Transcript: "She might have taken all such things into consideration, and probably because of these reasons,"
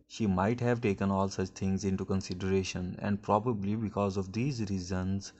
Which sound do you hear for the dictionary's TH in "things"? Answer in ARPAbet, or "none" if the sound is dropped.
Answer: T